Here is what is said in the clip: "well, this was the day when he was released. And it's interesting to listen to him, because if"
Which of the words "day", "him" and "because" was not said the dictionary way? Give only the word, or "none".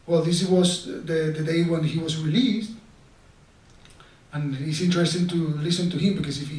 because